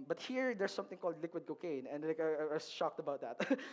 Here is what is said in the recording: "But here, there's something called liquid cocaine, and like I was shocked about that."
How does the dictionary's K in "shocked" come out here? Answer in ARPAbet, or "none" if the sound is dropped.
K